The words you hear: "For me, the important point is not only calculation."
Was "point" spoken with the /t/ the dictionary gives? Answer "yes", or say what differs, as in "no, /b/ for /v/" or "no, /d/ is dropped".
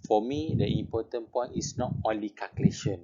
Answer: no, /t/ is dropped